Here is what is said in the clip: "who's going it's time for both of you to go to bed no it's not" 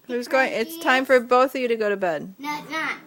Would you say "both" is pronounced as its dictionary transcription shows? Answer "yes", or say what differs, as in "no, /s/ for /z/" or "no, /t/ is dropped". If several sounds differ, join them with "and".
yes